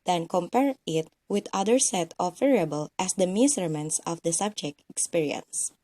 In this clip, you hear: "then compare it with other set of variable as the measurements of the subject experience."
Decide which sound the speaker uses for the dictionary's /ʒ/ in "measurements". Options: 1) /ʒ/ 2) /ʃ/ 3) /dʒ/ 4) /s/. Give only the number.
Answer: 4